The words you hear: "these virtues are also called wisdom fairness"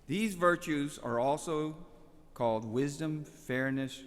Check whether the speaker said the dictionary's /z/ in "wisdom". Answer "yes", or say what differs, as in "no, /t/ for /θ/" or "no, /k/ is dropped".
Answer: yes